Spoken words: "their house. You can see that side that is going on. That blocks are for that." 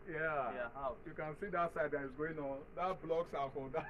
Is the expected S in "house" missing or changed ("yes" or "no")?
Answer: yes